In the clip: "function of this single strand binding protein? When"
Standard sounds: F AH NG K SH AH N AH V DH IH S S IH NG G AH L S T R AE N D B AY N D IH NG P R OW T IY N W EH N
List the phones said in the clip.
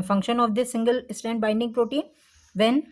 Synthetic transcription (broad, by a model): F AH NG K SH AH N AH V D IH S S IH NG G AH L S T AE N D B AY N D IH NG P R OW T IY N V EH N